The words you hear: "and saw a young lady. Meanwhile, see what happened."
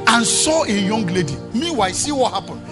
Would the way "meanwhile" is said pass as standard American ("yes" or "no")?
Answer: no